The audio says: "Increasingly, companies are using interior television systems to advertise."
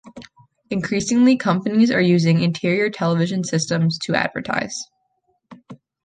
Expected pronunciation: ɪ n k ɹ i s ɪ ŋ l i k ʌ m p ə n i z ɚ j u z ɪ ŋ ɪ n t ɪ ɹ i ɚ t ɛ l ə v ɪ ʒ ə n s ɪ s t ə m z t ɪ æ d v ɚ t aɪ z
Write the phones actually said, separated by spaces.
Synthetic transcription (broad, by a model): ɪ n k ɹ i s ɪ ŋ l i k ʌ m p ə n i z ɚ j u z ɪ ŋ ɪ n t ɪ ɹ i ɚ t ɛ l ə v ɪ ʒ ə n s ɪ s t ə m z t ɪ æ d v ɚ t aɪ z